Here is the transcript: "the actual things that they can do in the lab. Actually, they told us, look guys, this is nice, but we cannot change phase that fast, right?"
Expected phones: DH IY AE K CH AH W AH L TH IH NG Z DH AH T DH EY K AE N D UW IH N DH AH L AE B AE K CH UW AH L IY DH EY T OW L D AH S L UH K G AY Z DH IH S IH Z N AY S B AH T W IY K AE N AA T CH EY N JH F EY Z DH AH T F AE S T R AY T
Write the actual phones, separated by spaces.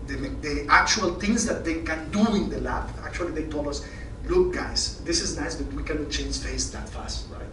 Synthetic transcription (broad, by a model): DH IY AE K CH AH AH L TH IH NG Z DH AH T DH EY K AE N D UW IH N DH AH L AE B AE K CH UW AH L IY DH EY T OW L AH S L UH K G AY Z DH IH S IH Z N AY S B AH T W IY K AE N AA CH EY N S F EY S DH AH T F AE S T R AY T